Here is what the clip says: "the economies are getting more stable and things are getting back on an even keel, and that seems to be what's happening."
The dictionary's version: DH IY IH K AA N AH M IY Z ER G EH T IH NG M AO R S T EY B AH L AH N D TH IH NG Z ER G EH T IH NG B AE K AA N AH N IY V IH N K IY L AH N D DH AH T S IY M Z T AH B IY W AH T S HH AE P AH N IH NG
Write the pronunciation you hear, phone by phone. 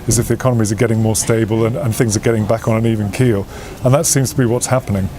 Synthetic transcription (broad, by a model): DH IY IH K AA N AH M IY Z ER G EH T IH NG M AO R S T EY B AH L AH N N TH IH NG Z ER G EH T IH NG B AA K N AH N IY V IH N K IY L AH N DH AH T S IY M Z T AH B IY W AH T S HH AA P AH N IH NG